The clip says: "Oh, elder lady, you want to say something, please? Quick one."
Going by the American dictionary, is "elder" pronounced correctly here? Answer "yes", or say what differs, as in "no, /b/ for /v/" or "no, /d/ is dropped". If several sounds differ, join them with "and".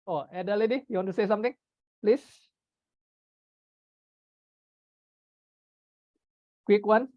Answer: no, /l/ is dropped